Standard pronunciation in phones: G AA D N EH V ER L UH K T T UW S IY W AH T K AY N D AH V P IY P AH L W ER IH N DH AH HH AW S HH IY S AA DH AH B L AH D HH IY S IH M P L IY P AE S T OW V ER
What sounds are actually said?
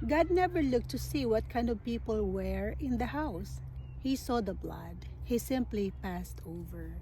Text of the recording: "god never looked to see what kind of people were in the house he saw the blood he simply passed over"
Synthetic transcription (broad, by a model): G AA D N EH V ER L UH K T T UW S IY W AH T K AY N D AH V P IY P AH L W ER IH N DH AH HH AW S HH IY S AA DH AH B L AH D HH IY S IH M P L IY P AE S T OW V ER